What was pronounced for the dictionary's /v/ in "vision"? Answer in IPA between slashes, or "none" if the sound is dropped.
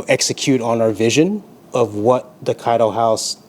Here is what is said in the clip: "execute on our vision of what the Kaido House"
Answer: /v/